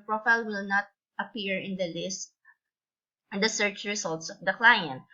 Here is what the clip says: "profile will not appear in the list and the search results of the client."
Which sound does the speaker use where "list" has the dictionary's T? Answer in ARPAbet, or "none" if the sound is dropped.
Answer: T